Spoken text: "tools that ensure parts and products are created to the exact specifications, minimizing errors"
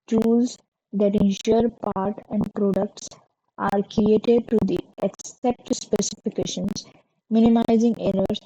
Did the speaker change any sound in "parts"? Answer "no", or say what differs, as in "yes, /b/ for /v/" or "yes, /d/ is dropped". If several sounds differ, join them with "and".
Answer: yes, /s/ is dropped